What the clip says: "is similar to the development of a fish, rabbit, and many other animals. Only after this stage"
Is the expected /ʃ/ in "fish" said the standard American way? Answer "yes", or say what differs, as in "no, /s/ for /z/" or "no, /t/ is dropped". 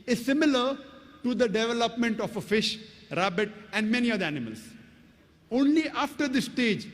yes